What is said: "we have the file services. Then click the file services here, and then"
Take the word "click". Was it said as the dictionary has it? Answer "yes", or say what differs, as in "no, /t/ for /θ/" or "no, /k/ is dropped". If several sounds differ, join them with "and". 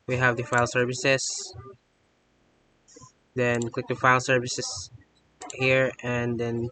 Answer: yes